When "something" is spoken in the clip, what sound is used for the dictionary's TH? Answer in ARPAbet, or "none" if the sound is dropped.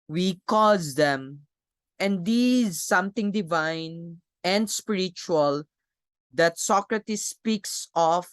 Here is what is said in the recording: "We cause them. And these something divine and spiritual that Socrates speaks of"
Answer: T